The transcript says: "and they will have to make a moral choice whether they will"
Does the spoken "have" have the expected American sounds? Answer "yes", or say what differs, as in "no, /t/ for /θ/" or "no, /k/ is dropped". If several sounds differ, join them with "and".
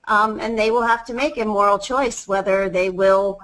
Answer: no, /f/ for /v/